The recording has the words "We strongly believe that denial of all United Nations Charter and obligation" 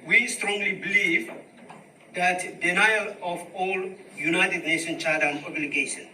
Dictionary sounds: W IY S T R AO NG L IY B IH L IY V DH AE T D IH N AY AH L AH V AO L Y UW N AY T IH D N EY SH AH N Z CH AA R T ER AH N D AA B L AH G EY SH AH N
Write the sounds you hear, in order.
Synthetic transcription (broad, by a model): W IY S T R AO NG L IY B IH L IY V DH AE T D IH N AY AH L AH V AO L Y UW N AY T IH D N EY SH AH N CH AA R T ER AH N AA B L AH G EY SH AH N